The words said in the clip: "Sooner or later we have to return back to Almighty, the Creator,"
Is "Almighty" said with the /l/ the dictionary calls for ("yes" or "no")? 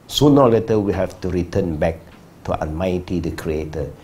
no